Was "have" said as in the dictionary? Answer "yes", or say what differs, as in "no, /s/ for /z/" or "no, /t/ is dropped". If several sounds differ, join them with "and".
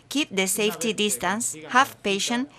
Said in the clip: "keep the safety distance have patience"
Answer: no, /f/ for /v/